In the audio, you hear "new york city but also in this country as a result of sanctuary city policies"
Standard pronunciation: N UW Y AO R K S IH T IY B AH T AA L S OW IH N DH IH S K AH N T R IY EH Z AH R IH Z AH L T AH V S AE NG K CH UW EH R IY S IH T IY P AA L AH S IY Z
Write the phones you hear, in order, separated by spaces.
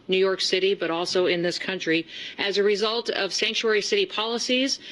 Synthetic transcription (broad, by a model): N UW Y AO R K S IH T IY B AH T AA L S OW IH N DH IH S K AH N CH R IY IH Z AH R IH Z AH L T AH V S AE NG K CH UW EH R IY S IH T IY P AA L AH S IY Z